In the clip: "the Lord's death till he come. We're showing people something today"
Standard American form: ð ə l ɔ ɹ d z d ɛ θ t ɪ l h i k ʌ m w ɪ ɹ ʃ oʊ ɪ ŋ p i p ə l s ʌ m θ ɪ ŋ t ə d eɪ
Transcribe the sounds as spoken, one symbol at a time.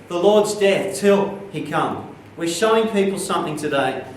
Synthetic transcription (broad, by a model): ð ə l ɔ ɹ d z d ɛ θ t ɪ l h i k ʌ m w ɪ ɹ ʃ oʊ ɪ ŋ p i p l s ʌ m θ ɪ ŋ t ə d eɪ